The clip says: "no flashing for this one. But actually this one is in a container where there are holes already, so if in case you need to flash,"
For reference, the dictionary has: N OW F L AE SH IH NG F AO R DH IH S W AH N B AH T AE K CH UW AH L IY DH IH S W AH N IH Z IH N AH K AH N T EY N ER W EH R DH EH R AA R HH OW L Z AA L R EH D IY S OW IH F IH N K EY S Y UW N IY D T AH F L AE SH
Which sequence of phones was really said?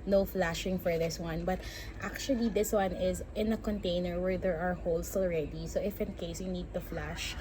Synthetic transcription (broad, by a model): N OW F L AE SH IH NG F AO R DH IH S W AH N B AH T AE K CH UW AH L IY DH IH S W AH N IH Z IH N AH K AH N T EY N ER W EH R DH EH R AA R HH OW L S AA L R EH D IY S OW IH F IH N K EY S Y UW N IY D T AH F L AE SH